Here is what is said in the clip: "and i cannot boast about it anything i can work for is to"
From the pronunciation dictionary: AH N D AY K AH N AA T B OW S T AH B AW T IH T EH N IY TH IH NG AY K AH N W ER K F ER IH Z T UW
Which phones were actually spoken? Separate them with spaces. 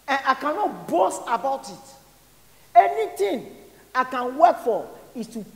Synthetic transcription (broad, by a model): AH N AY K AH N AA T B OW S T AH B AW T IH T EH N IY T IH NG AY K AH N W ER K F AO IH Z T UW